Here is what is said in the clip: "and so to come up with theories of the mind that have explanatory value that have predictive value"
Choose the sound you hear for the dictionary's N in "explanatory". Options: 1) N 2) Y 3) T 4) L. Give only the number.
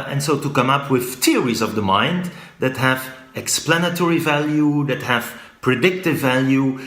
1